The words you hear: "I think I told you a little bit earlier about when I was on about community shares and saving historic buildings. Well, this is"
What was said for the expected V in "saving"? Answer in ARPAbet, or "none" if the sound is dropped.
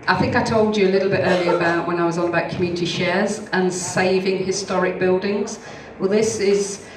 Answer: V